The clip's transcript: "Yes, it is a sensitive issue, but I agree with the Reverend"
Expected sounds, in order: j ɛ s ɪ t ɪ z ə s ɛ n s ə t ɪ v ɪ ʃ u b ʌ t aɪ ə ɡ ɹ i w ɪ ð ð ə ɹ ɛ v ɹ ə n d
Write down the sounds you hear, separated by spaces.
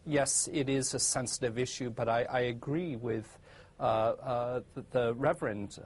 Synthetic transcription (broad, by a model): j ɛ s ɪ t ɪ z ə s ɛ n s ə t ɪ v ɪ ʃ u b ʌ t aɪ ə ɡ ɹ i w ɪ ð ð ə ɹ ɛ v ɹ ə n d